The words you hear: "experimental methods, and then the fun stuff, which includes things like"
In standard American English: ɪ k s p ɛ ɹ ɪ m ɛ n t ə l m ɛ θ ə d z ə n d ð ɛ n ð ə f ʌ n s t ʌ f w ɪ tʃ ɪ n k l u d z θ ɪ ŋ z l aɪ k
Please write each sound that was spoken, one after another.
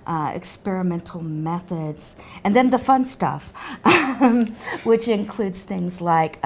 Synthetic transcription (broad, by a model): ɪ k s p ɛ ɹ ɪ m ɛ n t l m ɛ θ ə d z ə n ð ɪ n ð ə f ʌ n s t ʌ f w ɪ tʃ ɪ n k l u d z θ ɪ ŋ z l aɪ k